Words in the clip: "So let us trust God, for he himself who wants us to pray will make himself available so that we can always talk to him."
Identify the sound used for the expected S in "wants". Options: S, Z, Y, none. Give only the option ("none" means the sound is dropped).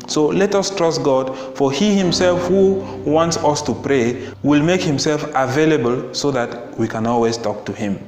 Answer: S